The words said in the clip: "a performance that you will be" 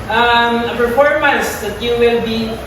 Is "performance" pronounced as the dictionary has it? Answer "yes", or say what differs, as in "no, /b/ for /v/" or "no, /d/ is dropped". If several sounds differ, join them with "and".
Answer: no, /b/ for /p/